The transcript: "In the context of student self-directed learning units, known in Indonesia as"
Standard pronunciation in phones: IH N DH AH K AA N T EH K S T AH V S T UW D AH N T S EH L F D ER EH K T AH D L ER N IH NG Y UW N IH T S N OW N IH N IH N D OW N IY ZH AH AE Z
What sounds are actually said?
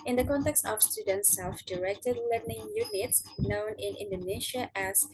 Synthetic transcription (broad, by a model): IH N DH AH K AA N T EH K S T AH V S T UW D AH N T S EH L F D ER EH K T AH D L ER N IH NG Y UW N IH T S N OW N IH N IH N D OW N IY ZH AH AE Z